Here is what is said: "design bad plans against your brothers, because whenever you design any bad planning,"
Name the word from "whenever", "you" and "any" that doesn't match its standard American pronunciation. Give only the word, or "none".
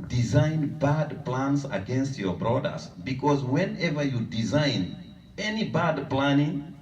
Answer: none